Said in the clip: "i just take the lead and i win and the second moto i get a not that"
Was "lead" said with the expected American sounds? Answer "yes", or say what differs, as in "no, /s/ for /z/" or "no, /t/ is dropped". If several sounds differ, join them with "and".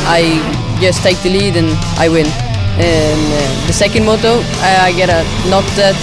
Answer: yes